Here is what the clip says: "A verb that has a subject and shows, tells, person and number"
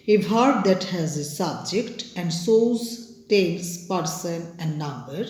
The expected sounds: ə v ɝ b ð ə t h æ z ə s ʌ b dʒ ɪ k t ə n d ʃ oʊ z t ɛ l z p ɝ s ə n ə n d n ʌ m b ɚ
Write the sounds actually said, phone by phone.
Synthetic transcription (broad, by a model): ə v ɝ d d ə t h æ z ə s ʌ b dʒ ɪ k t ə n d s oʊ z t ɛ l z p ɝ s ə n ə n d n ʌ m b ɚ